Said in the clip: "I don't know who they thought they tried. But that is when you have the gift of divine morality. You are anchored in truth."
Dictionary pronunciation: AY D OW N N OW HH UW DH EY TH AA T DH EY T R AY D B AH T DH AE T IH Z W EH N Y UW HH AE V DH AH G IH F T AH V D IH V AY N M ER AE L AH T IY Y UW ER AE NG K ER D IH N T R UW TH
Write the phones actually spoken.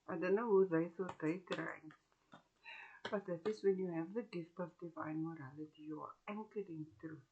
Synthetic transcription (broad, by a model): AY D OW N N OW HH UW DH EY S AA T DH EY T R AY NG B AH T DH AE T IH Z W EH N Y UW HH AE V DH AH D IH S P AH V D IH V AY N M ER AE L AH T IY Y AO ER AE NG K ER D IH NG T R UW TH